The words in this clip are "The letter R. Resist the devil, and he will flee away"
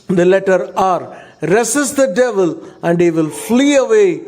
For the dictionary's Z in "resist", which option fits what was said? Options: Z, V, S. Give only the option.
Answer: S